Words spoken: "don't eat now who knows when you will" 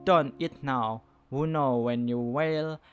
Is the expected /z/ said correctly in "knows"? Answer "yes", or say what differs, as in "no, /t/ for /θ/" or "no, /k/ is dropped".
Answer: no, /z/ is dropped